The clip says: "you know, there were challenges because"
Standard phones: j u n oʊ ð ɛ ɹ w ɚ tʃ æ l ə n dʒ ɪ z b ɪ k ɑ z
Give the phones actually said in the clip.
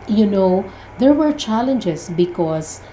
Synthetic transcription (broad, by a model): j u n oʊ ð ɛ ɹ w ɚ tʃ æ l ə n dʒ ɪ s b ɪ k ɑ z